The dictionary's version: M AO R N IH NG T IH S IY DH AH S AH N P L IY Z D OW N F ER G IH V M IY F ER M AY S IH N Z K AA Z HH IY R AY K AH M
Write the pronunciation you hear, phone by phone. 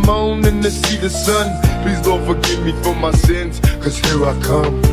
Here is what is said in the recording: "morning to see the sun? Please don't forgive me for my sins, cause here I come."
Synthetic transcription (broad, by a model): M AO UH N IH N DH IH S IY DH AH S AH N P L IY Z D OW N F ER G IH V M IY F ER M AY S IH N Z K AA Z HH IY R AY K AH M